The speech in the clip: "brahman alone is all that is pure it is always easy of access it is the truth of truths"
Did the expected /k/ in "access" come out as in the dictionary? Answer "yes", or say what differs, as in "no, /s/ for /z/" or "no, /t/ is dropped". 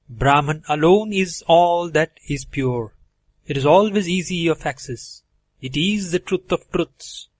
yes